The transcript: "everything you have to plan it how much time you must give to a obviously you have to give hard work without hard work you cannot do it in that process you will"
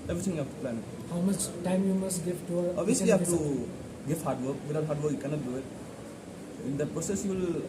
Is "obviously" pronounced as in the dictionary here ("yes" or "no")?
no